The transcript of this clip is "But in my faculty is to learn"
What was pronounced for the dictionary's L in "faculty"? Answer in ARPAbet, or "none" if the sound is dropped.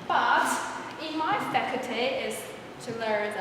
none